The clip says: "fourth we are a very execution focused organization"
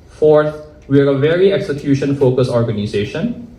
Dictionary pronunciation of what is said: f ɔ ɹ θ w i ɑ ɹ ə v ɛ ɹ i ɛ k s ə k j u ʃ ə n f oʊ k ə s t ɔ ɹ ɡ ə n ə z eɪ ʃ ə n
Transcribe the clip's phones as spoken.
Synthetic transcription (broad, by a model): f ɔ ɹ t w i ɑ ɹ ə v ɛ ɹ i ɛ k s ə k j u ʃ ə n f oʊ k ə s ɔ ɹ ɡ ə n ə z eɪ ʃ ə n